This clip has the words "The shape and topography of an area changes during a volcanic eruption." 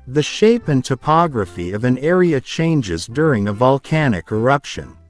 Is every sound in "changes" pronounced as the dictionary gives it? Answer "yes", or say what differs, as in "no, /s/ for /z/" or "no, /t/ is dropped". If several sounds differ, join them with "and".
yes